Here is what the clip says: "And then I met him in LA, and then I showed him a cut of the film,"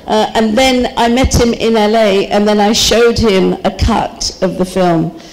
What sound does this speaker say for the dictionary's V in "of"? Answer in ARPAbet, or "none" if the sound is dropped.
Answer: V